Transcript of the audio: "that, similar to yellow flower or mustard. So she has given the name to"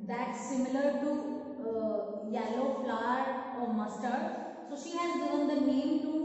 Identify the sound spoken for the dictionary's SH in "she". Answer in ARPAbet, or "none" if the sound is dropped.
SH